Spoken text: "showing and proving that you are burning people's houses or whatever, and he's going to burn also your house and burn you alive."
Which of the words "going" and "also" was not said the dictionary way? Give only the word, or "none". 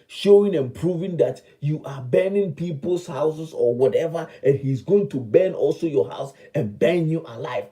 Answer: none